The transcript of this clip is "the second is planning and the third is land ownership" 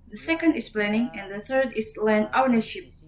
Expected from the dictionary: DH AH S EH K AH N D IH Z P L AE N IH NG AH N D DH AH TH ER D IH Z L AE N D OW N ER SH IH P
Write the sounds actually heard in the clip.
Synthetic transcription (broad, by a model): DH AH S EH K AH N D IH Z P L AE N IH NG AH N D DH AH TH ER D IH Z L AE N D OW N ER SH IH P